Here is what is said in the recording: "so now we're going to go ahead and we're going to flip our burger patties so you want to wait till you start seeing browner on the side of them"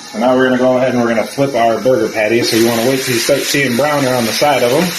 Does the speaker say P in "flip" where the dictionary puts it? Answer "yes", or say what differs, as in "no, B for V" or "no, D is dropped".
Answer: yes